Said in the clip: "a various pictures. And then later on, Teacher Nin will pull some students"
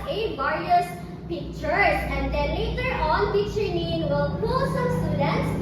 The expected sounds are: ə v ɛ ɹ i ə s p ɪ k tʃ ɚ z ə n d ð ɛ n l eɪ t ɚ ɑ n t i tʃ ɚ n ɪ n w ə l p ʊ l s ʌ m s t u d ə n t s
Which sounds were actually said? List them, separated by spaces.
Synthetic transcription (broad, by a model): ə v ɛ ɹ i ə s p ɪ k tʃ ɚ s ə n d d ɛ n l eɪ t ɚ ɑ n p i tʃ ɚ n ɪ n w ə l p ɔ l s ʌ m s t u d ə n t s